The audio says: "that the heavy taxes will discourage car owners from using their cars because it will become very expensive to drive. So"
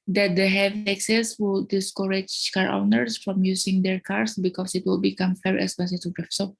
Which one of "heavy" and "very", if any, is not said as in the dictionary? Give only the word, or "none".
very